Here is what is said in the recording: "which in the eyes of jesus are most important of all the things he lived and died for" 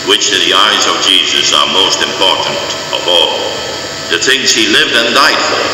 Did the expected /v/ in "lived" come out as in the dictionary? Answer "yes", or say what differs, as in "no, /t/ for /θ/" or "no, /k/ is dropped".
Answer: yes